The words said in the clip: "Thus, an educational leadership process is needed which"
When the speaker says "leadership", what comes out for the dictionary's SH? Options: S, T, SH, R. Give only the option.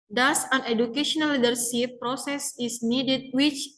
S